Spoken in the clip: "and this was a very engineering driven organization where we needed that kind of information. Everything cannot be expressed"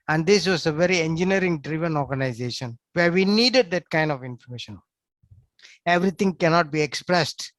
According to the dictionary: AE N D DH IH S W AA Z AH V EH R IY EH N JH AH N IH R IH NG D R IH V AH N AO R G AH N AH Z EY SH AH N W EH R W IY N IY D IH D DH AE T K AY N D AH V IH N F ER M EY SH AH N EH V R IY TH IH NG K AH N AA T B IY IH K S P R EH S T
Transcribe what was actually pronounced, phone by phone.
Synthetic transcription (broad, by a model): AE N D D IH S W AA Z AH V EH R IY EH N JH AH N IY R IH NG D R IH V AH N AO R G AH N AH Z EY SH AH N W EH R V IY N IY D IH D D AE T K AY N D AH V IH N F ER M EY SH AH N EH V R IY T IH NG K AH N AA T B IY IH K S P R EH S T